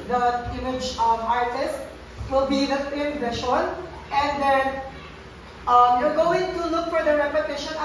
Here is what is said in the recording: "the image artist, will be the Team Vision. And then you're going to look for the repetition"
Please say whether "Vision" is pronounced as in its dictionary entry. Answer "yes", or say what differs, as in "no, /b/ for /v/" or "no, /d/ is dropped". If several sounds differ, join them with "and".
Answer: no, /ʃ/ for /ʒ/